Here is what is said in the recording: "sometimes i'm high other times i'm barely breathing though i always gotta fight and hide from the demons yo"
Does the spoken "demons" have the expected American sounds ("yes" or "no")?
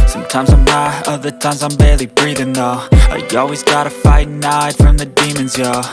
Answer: yes